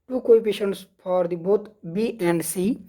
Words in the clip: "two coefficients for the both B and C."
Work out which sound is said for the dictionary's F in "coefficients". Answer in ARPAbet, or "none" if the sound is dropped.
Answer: P